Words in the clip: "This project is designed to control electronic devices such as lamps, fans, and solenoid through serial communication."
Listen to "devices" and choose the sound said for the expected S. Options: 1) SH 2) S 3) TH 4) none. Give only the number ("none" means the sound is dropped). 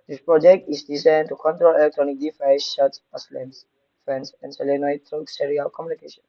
1